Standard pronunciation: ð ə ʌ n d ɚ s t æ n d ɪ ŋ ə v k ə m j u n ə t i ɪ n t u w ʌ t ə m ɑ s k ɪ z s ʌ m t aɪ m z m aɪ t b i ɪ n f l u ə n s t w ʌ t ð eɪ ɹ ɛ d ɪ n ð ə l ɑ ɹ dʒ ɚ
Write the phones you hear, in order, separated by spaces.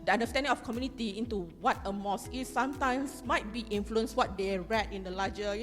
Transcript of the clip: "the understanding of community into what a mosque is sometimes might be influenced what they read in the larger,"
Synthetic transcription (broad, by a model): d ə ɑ n d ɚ s t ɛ n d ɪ ŋ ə f k ə m j u n ə t i ɪ n t u w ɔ t ə m ɑ s ɪ s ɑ m t aɪ m s m aɪ t b i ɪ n f l u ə n s w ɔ t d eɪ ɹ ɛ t ɪ n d ə l ɑ dʒ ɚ